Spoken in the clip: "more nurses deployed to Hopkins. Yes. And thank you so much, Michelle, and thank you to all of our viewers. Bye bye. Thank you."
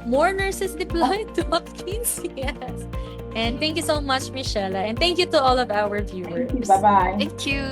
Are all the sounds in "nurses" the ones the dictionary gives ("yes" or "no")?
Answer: no